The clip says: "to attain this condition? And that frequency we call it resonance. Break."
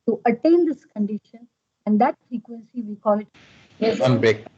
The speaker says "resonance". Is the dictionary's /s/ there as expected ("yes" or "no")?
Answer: no